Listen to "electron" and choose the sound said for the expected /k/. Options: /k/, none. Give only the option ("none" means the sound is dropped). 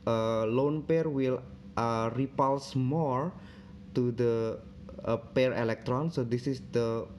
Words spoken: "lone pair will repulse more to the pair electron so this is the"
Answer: /k/